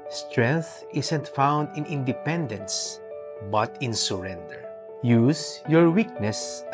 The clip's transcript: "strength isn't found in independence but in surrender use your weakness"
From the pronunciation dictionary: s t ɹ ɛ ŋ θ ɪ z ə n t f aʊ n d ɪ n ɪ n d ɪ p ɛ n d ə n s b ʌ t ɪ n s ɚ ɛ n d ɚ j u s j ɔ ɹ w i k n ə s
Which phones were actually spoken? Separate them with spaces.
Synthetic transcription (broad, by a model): s t ɹ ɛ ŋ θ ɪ s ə n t f aʊ n d ɪ n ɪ n d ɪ p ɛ n d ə n s b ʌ t ɪ n s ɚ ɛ n d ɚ j u s j ɔ ɹ w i k n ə s